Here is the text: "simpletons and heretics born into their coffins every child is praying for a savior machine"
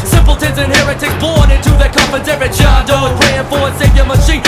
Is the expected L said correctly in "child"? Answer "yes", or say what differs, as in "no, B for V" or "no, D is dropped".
no, L is dropped